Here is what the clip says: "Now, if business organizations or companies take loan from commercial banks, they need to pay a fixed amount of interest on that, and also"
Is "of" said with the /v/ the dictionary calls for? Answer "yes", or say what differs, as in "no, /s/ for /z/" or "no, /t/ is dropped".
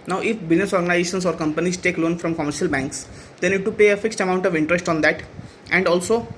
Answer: yes